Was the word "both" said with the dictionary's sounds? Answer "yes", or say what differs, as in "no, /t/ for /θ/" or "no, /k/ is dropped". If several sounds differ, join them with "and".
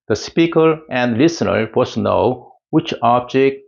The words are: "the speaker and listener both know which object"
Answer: no, /s/ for /θ/